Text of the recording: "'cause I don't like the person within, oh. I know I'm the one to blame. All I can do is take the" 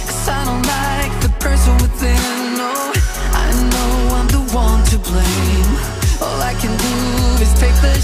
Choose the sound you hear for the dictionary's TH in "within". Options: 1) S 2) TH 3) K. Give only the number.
1